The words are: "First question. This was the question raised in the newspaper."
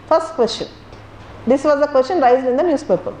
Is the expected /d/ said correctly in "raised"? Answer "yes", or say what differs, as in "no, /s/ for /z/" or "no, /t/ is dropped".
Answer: no, /d/ is dropped